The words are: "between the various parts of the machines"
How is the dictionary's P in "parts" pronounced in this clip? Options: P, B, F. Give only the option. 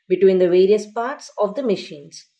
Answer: P